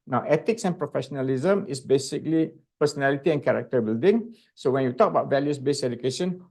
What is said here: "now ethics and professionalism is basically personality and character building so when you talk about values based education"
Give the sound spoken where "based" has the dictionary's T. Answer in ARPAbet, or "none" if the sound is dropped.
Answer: none